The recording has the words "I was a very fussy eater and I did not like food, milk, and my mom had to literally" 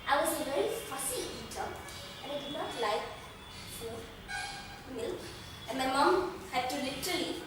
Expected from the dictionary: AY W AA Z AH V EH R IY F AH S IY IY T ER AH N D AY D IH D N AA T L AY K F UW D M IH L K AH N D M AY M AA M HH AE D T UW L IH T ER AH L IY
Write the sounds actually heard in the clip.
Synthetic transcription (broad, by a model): AY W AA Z AH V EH R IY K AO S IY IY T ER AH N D AY D IH D N AA T L AY K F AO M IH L AH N M AY M AA M HH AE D T UW L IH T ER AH L IY